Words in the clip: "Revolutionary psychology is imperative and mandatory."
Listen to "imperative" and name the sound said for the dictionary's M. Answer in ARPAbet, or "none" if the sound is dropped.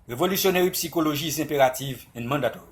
none